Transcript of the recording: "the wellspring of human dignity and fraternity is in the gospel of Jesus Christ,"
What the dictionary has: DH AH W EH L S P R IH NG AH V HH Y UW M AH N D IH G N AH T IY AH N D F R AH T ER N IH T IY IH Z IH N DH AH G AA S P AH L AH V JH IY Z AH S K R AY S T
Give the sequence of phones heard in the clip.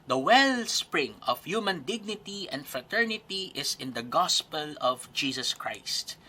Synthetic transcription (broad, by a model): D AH W EH L S P R IH NG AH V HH Y UW M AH N D IH G N AH T IY AH N D F R AH T ER N IH T IY IH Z IH N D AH G AA S P AH L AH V JH IY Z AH S K R AY S T